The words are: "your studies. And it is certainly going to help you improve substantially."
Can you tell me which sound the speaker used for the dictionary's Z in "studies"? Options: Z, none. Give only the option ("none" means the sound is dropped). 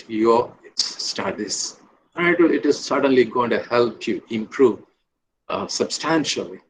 none